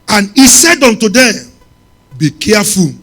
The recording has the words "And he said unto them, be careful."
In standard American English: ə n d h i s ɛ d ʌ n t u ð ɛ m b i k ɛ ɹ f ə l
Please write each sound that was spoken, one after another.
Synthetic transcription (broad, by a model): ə n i s ɛ d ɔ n t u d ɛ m b i k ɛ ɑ f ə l